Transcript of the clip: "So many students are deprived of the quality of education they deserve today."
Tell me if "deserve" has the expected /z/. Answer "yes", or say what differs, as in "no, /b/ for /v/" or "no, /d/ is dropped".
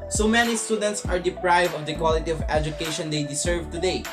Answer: no, /s/ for /z/